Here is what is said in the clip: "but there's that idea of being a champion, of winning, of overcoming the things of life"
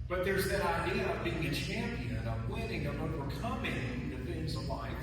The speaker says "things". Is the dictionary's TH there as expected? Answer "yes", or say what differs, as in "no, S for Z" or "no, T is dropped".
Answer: no, F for TH